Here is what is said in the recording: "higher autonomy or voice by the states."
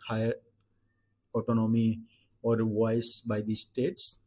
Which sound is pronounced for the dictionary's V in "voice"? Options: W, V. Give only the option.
W